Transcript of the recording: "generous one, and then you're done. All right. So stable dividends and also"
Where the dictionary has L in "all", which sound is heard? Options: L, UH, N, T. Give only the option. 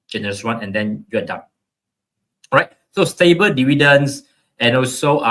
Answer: N